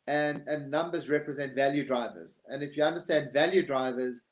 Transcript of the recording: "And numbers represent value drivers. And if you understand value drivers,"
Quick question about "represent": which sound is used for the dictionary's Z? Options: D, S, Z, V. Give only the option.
Z